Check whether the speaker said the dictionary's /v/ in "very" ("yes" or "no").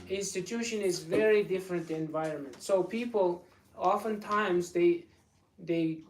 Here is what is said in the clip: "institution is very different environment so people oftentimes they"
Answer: yes